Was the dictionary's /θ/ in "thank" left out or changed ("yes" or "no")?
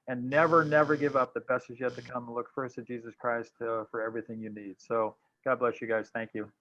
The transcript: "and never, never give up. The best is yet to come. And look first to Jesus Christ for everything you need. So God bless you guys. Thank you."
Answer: no